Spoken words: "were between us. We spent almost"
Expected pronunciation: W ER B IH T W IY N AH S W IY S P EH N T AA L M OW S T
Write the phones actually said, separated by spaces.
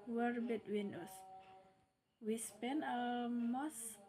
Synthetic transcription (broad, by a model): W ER B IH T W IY N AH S W IY S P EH N AA M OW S